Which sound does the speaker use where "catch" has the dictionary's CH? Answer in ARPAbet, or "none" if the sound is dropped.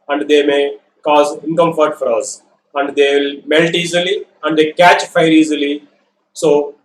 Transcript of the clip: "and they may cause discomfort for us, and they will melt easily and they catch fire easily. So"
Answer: CH